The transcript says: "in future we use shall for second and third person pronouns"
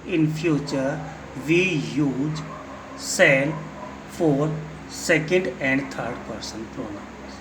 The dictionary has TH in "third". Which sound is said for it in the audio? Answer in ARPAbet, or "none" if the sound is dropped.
T